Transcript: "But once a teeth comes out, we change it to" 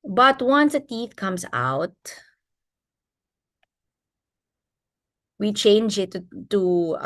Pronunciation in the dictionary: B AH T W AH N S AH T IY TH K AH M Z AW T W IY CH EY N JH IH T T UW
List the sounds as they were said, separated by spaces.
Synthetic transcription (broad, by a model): B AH T W AH N S AH T IY TH K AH M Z AW T W IY CH EY N JH IH T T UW